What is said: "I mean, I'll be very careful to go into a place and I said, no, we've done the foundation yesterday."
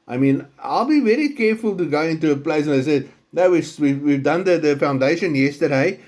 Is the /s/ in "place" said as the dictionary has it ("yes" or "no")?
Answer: no